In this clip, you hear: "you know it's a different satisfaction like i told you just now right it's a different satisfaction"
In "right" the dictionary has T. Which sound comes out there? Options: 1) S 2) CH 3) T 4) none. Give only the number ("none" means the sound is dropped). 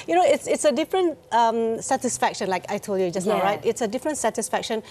3